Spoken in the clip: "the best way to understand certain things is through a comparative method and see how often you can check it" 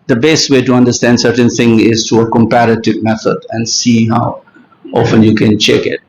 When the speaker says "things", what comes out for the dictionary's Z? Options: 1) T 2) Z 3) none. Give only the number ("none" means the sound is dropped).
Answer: 3